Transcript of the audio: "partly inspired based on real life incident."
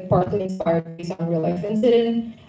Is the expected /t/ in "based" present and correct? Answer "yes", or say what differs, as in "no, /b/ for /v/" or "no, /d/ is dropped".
no, /t/ is dropped